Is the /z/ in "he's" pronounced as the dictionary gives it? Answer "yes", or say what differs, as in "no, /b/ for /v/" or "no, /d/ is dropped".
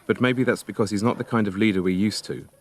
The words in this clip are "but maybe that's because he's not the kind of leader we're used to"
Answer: yes